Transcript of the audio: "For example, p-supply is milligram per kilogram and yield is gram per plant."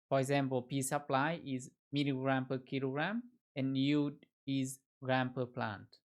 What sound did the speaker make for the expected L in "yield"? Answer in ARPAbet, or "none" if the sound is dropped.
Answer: none